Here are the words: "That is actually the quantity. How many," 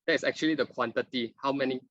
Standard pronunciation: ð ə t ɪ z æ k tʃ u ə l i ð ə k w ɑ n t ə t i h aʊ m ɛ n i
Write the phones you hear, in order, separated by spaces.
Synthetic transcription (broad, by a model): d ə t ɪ s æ k tʃ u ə l i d ə k w ɑ n t ə t i h aʊ m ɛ n i